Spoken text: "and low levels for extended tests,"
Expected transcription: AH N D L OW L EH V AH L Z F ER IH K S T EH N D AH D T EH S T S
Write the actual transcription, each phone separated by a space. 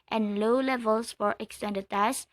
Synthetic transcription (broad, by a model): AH N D L OW L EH V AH L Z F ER IH K S T EH N D AH D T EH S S